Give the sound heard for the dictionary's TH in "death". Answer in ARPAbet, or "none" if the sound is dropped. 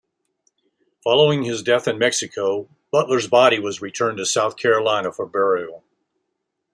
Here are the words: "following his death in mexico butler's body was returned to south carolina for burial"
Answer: TH